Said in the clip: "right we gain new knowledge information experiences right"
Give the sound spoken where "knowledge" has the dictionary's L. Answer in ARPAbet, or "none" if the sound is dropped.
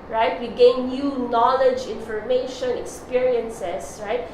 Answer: L